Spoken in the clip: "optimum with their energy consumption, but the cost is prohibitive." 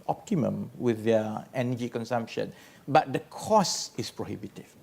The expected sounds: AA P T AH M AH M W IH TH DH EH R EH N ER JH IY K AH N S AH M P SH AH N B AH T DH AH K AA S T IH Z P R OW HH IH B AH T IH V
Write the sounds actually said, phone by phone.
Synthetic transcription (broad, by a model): AA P T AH M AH M W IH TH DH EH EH N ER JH IY K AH N S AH M P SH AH N B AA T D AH K AA S IH S P R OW HH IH B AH T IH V